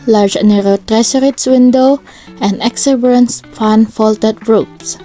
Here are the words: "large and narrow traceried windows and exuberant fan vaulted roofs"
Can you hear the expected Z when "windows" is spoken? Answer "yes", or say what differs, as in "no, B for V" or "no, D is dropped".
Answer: no, Z is dropped